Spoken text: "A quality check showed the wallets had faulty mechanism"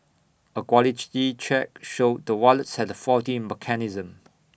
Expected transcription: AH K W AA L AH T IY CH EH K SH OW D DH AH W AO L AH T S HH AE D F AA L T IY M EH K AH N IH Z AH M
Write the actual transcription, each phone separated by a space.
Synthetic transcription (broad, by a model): AH K W AA L AH T IY CH EH K SH OW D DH AH W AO L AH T S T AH F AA T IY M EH K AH N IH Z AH M